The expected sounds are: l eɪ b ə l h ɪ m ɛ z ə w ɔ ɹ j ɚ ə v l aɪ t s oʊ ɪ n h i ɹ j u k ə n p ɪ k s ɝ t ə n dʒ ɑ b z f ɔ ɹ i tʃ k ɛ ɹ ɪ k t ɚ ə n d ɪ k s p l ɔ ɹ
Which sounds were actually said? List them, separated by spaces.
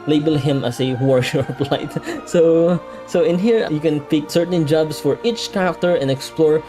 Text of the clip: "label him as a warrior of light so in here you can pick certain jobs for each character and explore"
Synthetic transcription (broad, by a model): l eɪ b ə l h ɪ m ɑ s ə w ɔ ɹ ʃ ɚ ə p l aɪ t s oʊ ɪ n h i ɹ j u k ə n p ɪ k s ɝ t ə n dʒ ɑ b s f ɔ ɹ i tʃ k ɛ ɹ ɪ k t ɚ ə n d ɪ k s p l ɔ ɹ